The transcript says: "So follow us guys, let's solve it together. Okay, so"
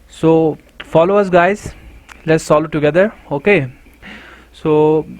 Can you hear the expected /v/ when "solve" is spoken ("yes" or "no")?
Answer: no